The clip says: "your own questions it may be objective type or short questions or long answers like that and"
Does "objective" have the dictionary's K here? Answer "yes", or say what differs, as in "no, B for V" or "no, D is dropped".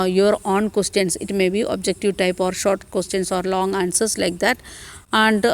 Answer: yes